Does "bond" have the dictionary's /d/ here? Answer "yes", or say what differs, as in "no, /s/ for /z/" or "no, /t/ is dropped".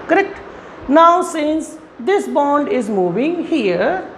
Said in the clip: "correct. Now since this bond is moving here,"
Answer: yes